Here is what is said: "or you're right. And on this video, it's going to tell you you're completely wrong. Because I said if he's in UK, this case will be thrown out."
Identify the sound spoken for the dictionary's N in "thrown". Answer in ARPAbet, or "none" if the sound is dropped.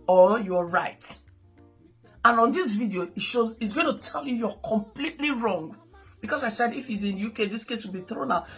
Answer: N